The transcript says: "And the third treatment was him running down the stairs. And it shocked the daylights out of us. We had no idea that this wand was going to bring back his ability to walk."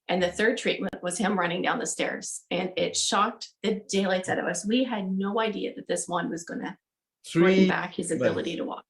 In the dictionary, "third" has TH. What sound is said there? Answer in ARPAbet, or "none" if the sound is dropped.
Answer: TH